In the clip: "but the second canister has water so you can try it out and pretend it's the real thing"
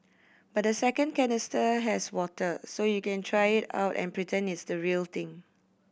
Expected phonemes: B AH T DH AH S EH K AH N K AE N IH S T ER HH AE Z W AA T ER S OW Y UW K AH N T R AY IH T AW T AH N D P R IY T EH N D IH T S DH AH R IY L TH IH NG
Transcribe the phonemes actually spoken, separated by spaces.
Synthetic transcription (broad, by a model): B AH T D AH S EH K AH N K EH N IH S T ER HH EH S W AA T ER S OW Y UW K AH N T R AY IH T AW T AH N P R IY T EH N IH T S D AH R IY L T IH NG